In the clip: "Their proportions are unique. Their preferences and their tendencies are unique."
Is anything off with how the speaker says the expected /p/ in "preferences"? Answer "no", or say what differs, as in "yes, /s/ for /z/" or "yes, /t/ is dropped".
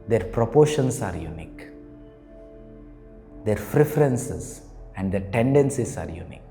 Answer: yes, /f/ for /p/